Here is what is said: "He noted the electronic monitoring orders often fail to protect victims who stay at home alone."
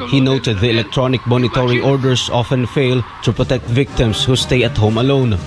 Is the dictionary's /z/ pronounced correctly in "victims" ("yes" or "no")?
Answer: no